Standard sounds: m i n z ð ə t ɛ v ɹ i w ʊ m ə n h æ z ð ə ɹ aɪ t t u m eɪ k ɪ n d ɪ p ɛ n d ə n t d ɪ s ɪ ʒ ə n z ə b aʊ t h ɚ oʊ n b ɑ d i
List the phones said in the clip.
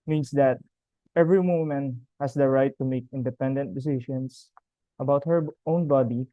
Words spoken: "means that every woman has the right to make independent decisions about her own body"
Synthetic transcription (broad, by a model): m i n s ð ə t ɛ v ɹ i w ʊ m ə n h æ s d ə ɹ aɪ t t u m eɪ k ɪ n d ɪ p ɛ n d ə n t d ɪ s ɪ ʃ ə n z ə b aʊ t h ɚ oʊ n b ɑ d i